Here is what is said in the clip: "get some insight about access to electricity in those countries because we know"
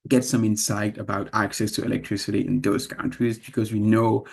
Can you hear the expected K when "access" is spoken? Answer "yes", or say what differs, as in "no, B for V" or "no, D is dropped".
yes